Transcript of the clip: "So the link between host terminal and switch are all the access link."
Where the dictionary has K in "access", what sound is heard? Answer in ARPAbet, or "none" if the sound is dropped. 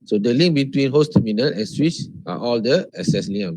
none